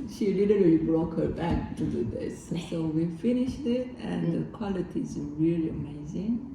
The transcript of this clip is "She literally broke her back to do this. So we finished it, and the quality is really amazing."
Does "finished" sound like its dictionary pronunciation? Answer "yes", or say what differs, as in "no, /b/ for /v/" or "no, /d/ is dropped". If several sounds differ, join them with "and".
yes